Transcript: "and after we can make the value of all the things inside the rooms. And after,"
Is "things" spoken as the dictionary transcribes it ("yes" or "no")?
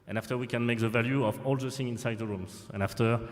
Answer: no